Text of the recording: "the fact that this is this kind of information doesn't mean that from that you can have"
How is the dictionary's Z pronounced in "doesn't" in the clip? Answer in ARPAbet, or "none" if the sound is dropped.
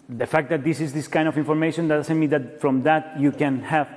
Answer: S